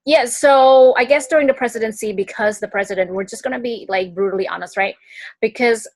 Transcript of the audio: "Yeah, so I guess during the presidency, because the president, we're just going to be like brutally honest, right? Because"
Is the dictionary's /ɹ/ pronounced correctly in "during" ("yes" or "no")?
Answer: yes